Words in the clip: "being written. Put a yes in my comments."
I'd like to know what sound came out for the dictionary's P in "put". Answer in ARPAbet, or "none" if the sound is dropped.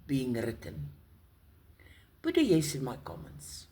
B